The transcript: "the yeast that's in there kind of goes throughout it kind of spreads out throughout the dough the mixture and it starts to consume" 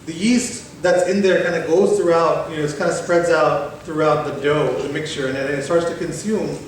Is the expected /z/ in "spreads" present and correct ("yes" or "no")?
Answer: yes